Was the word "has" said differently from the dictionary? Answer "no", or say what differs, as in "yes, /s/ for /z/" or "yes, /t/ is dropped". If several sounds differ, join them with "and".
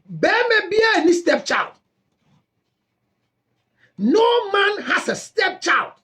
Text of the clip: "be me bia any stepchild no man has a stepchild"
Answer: yes, /s/ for /z/